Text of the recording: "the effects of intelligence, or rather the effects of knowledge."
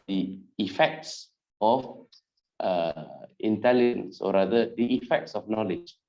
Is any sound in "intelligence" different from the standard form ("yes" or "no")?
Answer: no